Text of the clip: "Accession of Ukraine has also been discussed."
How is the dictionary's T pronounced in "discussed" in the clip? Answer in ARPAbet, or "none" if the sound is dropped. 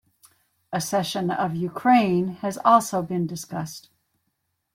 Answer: T